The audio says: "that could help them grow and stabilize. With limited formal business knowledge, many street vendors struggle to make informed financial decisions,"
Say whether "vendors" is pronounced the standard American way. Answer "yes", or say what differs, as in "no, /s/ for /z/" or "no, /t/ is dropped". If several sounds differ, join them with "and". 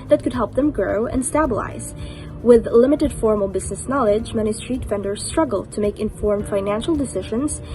no, /f/ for /v/